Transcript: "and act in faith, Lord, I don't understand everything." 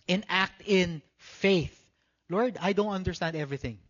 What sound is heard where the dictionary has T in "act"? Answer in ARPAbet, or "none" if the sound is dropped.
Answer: T